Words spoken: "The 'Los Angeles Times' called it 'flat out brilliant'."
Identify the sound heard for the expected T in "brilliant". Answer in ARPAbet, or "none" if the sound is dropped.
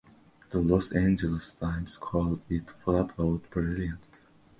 none